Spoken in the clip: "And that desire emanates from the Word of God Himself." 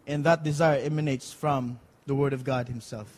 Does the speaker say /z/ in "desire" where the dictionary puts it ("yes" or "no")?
yes